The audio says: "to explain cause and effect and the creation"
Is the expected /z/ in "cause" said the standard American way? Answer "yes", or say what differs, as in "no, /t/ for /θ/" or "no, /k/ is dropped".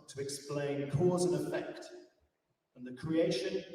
yes